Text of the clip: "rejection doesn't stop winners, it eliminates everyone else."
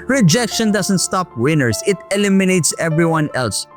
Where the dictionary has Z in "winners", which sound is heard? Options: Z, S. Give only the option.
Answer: S